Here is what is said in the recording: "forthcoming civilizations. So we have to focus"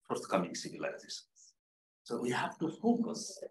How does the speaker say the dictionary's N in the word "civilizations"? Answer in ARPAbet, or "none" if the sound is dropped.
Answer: none